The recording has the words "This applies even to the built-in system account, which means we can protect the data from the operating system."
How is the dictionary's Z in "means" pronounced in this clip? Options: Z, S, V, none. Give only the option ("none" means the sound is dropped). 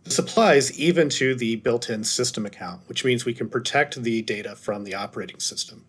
Z